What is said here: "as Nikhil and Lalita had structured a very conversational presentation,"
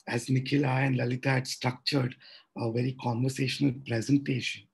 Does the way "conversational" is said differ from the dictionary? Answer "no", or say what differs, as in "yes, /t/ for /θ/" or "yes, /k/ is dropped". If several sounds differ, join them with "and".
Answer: no